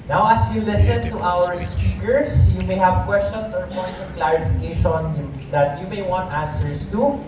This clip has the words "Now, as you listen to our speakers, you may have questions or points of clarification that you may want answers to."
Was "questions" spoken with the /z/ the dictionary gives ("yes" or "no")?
no